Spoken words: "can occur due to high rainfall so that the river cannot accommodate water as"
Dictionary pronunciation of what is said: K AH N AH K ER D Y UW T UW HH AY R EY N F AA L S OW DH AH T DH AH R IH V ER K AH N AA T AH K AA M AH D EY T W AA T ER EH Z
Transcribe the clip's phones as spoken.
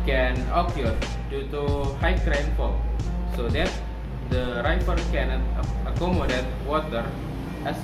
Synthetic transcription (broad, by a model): K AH N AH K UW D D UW T UW HH AY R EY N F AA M S OW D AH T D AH R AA F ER K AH N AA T AH K AA M AH D EY T W AA T ER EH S